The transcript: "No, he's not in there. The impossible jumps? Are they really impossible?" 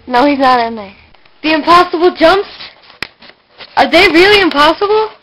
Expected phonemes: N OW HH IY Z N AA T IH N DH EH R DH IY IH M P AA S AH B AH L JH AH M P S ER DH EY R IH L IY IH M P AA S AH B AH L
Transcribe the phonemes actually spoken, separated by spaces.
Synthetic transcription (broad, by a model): N OW HH IY Z N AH T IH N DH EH DH IY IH M P AA S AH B L JH AH M P S ER DH EY R IH L IY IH M P AA S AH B L